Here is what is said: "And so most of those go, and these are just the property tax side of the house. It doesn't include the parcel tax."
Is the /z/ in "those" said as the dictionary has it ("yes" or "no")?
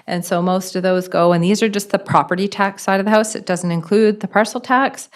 yes